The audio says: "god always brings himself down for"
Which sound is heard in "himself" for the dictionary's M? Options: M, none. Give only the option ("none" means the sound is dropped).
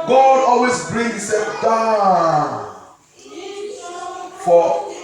none